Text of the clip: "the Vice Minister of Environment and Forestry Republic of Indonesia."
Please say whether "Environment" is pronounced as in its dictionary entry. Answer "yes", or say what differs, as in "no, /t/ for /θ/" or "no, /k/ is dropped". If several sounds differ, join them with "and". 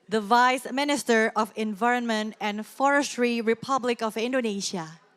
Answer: yes